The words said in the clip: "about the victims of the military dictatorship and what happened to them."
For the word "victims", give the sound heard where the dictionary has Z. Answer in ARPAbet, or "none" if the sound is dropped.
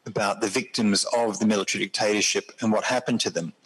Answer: Z